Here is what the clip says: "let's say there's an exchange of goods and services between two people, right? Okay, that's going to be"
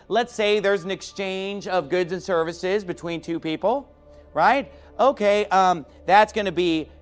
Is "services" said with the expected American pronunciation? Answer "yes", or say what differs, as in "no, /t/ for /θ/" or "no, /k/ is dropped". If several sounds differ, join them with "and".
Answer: yes